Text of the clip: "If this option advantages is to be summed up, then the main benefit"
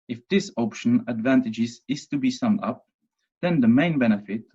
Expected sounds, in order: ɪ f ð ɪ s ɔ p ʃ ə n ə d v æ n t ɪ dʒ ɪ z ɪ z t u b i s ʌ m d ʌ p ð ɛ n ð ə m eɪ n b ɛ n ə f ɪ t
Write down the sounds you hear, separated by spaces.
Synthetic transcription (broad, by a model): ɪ f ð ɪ s ɔ p ʃ ə n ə d v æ n t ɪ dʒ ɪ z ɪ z t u b i s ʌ m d ʌ p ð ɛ n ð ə m eɪ n b ɛ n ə f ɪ t